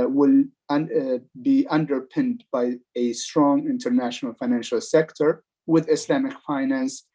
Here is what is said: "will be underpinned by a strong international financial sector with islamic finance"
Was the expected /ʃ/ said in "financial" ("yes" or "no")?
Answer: yes